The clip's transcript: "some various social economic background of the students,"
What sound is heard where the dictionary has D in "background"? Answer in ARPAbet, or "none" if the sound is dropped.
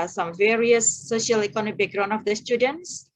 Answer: none